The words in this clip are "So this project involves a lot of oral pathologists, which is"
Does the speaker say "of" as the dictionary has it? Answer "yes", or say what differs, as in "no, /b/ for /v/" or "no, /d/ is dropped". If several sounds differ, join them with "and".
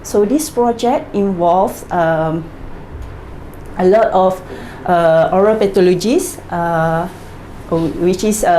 no, /f/ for /v/